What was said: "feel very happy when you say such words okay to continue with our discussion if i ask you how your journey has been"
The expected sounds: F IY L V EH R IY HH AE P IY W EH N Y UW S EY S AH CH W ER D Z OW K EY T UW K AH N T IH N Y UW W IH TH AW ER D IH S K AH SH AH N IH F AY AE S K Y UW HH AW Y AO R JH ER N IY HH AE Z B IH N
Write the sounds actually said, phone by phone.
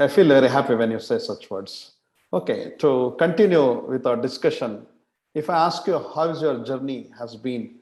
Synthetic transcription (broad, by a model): F IY L V EH R IY HH AE P IY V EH N Y UW S EY S AH CH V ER D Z OW K EY T UW K AH N T IH N Y UW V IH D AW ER D IH S K AH SH AH N IH F AY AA S K Y UW HH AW Y AO R JH ER N IY HH AE Z B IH N